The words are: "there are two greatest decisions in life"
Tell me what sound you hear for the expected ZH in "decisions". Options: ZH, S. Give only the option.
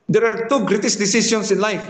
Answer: S